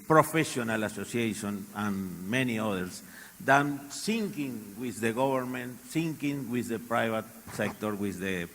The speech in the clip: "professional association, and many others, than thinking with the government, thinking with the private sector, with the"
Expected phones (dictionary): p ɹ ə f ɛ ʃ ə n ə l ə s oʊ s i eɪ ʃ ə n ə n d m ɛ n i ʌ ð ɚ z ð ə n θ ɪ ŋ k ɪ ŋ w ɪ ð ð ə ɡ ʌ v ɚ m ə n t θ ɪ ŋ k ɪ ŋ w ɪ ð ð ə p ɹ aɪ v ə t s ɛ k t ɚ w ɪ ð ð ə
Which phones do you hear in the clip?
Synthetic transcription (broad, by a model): p ɹ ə f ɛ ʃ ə n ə l ə s oʊ s i eɪ ʃ ə n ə n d m ɛ n i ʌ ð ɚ s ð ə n s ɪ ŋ k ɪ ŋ w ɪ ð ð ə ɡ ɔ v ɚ m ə n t s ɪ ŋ k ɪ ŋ w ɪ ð ð ə p ɹ aɪ v ə t s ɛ k t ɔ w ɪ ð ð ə